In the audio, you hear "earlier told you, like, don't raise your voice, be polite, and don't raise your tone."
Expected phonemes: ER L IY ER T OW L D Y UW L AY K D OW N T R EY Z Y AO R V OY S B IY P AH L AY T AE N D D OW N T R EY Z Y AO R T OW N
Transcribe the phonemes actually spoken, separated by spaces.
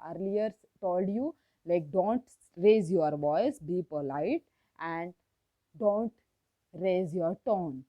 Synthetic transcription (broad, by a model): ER L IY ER T OW L D Y UW L AY K D OW N T R EY Z Y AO R V OY S B IY P AH L AY T AE N D D OW N T R EY Z Y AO R T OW N